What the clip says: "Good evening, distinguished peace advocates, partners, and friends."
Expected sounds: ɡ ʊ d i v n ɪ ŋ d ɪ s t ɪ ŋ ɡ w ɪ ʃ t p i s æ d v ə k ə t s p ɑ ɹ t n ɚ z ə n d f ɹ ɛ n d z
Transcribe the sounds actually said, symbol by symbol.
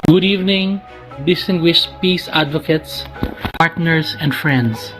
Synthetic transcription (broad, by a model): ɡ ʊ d i v n ɪ ŋ d ɪ s t ɪ ŋ ɡ w ɪ ʃ t p i s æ d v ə k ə t s p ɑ ɹ t n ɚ s ə n d f ɹ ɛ n d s